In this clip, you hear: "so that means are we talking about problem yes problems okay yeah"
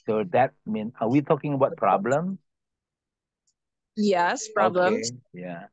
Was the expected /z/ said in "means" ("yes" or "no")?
no